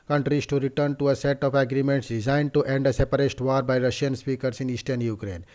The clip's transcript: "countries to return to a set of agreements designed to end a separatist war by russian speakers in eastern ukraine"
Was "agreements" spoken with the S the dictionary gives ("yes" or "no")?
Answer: yes